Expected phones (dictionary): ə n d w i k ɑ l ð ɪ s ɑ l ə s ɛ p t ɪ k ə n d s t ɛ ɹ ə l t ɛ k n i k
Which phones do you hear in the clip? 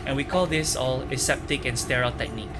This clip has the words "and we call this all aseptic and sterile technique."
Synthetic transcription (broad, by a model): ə n w i k ɑ l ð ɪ s ɑ l ə s ɛ p t ɪ k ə n s t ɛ ɹ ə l t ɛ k n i k